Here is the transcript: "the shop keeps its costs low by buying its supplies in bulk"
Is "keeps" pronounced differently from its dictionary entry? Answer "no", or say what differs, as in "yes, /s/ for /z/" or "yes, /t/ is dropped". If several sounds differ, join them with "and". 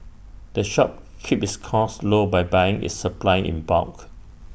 yes, /s/ is dropped